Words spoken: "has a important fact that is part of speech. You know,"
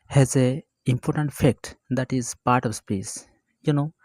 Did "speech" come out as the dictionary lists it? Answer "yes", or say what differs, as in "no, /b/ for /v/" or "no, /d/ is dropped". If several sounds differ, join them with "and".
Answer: no, /s/ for /tʃ/